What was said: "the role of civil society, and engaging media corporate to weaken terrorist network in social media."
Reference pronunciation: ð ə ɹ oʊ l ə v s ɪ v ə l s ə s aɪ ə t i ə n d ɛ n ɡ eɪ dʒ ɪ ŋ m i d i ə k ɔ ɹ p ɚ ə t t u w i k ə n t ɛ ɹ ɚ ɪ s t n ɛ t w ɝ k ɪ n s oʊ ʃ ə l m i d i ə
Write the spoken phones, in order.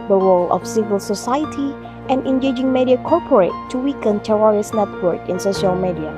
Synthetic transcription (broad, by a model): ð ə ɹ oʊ l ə f s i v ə l s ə s aɪ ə t i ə n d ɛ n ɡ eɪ dʒ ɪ ŋ m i d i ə k ɔ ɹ p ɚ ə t t u w i k ə n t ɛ w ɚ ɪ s n ɛ t w ɝ k ɪ n s oʊ ʃ ə l m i d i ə